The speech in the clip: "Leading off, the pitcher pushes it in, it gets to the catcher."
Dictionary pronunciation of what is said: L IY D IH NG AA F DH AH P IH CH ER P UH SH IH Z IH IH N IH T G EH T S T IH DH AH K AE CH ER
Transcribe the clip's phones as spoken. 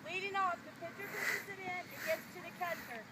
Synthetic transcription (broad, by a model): L IY D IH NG AA F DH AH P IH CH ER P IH S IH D IH IH N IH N G EH T S T IH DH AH K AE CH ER